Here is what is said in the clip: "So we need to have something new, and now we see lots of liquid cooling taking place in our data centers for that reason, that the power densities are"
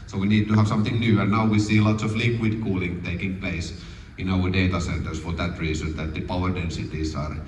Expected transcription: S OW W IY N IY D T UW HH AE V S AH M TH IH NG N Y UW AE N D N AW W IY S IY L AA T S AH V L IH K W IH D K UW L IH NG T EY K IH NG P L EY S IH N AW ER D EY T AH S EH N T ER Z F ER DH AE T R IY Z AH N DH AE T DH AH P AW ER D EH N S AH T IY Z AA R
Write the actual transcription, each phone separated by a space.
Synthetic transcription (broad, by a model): S OW W IY N IY D T UW HH AE V S AH M TH IH NG N Y UW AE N N AW W IY S IY L AA T S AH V L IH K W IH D K UW L IH NG T EY K IH NG P L EY S IH N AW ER D EY T AH S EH N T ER S F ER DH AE T R IY S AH N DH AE T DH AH P AW ER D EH N S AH T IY S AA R